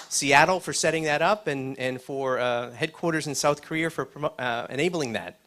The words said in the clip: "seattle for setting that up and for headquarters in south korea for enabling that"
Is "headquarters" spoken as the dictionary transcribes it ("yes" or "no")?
yes